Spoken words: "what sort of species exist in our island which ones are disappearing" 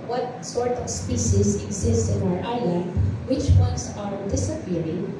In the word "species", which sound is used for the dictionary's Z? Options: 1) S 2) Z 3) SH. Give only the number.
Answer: 1